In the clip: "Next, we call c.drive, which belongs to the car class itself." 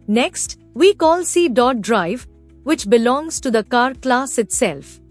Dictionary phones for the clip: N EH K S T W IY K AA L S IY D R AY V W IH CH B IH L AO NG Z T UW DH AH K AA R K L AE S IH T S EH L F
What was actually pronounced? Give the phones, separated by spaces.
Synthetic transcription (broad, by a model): N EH K S T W IY K AA L S IY D R AY V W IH CH B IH L AO NG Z T UW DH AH K AA R K L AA S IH T S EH L F